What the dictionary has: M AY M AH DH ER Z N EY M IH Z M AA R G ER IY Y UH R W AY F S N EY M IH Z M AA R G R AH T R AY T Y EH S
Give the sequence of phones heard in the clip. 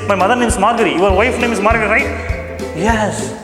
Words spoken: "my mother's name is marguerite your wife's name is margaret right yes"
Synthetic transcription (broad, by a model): M AY M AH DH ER N EY M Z M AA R G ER IY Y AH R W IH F N EY M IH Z M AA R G AH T R AY T Y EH S